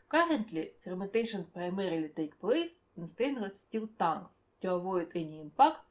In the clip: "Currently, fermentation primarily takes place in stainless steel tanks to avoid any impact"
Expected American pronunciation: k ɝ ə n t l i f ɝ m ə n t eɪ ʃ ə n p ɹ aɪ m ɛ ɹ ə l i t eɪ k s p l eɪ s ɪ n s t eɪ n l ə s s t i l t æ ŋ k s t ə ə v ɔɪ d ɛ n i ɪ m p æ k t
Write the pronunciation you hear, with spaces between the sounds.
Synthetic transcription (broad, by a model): k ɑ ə n t l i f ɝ m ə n t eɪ ʃ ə n p ɹ aɪ m ɛ ɹ ə l i t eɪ k p l eɪ s ɪ n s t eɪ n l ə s s t i l t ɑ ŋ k s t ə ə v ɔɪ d ɛ n i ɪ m p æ k t